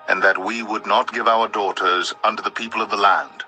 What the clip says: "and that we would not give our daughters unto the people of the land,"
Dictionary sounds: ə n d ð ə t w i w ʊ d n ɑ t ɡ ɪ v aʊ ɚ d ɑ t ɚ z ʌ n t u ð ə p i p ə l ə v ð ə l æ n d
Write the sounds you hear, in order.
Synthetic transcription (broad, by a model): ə n ð ə t w i w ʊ d n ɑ t ɡ ɪ v aʊ ɚ d ɑ t ɚ z ʌ n t u ð ə p i p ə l ə v ð ə l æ n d